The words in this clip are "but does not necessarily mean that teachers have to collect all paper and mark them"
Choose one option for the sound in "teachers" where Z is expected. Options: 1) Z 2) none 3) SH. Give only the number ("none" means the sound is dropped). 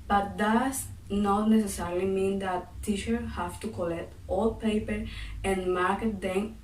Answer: 2